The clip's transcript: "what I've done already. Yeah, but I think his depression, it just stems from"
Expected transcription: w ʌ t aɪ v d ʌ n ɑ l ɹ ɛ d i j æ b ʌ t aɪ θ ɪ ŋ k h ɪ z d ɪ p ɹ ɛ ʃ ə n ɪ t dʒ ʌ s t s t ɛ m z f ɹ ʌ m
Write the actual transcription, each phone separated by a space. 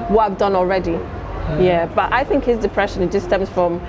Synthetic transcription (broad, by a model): w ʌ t aɪ v d ʌ n ɑ l ɹ ɛ d i j æ b ʌ t aɪ θ ɪ ŋ k h ɪ z d ɪ p ɹ ɛ ʃ ə n ɪ t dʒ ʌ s s t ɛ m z f ɹ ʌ m